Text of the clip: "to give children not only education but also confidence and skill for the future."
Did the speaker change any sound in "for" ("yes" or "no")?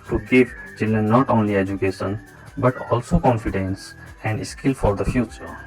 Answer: no